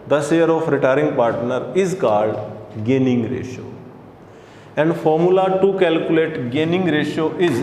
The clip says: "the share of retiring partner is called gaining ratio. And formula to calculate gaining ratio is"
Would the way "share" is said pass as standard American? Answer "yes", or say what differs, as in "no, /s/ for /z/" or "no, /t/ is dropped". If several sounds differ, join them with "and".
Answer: no, /s/ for /ʃ/